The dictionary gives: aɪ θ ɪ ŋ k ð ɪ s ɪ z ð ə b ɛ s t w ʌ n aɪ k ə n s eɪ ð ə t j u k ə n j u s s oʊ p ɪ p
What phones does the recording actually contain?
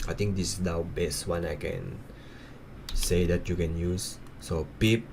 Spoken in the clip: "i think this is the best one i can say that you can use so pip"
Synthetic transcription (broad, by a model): aɪ t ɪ ŋ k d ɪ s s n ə b ɛ s t w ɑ n aɪ k ə n s eɪ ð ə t j u k ə n j u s s oʊ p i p